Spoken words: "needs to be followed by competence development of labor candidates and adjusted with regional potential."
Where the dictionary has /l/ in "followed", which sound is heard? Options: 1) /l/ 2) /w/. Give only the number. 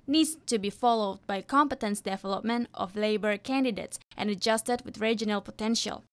1